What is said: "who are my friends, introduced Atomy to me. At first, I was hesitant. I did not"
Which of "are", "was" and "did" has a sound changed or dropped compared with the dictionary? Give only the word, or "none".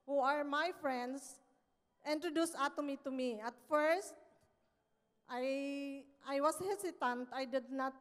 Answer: was